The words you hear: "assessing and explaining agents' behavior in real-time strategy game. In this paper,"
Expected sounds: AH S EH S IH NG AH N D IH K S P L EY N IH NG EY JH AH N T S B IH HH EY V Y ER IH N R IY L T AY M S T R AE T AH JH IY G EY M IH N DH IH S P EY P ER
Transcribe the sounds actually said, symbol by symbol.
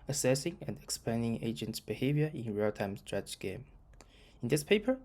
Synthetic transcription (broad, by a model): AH S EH S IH NG AH N D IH K S P EY N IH NG EY JH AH N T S B IH HH EY V Y ER IH N R IY L T AY M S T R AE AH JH G EY M IH N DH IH S P EY P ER